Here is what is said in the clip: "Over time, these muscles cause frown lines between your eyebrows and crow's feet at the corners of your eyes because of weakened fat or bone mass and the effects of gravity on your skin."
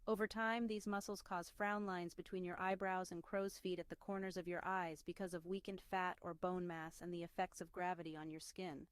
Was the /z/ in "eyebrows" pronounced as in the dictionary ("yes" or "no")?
yes